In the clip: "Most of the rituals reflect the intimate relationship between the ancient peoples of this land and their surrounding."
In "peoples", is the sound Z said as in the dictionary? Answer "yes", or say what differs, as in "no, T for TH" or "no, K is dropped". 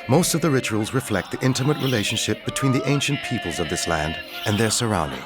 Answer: yes